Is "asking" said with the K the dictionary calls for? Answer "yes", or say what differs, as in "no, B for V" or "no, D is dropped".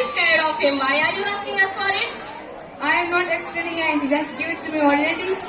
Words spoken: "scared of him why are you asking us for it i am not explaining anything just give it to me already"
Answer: no, K is dropped